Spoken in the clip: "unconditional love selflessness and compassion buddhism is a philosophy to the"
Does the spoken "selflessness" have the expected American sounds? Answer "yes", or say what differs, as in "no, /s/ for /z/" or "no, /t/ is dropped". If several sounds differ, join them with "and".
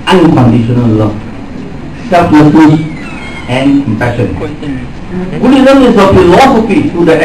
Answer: no, /n/ is dropped